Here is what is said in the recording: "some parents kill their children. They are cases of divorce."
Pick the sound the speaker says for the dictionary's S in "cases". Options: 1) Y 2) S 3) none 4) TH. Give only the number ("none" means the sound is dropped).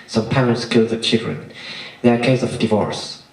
3